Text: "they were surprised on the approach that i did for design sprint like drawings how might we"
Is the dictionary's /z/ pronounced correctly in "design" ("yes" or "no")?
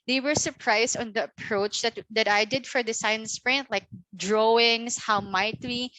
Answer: no